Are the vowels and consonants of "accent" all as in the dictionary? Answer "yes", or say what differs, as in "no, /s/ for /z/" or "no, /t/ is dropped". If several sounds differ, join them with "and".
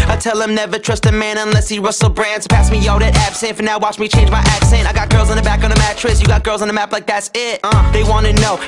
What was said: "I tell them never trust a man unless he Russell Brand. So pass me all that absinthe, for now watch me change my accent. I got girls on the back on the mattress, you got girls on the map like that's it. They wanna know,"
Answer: yes